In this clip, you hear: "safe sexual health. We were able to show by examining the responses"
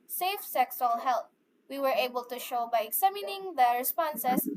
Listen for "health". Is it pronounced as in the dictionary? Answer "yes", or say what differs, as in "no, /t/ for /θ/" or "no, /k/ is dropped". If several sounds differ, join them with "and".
no, /t/ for /θ/